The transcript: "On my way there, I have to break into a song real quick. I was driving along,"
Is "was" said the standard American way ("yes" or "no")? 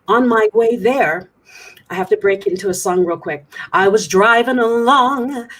yes